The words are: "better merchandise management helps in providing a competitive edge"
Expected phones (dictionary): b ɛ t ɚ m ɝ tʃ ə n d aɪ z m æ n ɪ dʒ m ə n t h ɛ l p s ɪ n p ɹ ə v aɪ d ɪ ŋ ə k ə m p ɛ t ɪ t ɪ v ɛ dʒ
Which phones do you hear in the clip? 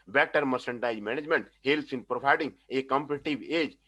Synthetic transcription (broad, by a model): b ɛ t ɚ m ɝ s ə n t aɪ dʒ m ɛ n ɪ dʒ m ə n t h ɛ l s ɪ n p ɹ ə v aɪ d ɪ ŋ ə k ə m p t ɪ t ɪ b ɛ dʒ